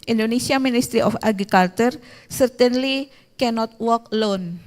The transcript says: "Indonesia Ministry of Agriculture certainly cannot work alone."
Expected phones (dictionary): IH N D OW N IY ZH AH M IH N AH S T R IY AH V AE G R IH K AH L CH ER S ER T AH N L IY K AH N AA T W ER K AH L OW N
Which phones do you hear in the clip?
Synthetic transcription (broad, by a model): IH N D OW N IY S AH M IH N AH S T R IY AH F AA G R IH K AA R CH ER S ER T AH N L IY K AH N AA T W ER K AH L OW N